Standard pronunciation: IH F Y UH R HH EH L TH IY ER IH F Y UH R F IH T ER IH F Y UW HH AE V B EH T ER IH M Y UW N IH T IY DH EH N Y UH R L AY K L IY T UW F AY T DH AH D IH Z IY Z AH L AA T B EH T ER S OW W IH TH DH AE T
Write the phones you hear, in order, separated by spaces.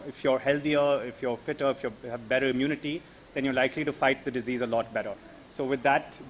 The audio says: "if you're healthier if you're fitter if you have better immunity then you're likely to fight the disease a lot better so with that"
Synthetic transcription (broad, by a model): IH F Y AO R HH EH L T IY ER IH F Y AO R F IH T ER IH F Y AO HH AE V B EH T ER IH M Y UW N IH T IY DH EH N Y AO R L AY K L IY T UW F AY T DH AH D IH Z IY Z AH L AA T B EH T ER S OW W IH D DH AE T